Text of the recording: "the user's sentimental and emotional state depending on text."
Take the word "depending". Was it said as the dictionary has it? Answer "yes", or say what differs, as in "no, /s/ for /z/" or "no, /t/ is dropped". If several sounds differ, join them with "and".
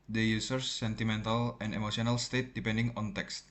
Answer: yes